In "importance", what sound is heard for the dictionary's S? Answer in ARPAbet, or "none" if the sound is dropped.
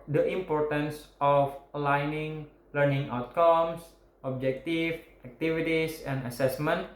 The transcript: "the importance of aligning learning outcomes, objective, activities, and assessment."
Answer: S